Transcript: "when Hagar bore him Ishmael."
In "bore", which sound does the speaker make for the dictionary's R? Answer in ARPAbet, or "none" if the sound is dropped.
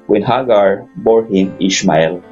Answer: R